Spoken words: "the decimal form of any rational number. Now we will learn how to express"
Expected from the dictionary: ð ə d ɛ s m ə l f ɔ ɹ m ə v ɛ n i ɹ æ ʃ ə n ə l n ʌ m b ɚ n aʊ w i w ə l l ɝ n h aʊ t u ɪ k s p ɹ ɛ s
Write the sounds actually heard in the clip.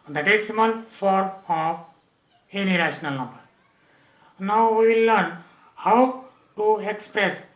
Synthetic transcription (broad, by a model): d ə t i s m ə n f ɔ ɹ m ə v ɛ n i ɹ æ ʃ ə n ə l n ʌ m b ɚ n aʊ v i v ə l l ɝ n h aʊ t u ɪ k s p ɹ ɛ s